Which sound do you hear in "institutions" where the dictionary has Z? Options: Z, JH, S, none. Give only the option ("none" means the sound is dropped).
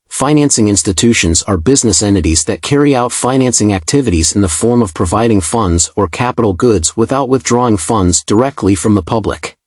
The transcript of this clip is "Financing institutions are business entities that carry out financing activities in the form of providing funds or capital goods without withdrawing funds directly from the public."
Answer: Z